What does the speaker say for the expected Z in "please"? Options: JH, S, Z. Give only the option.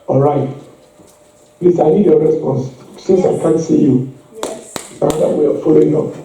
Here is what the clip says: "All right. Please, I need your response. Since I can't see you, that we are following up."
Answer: S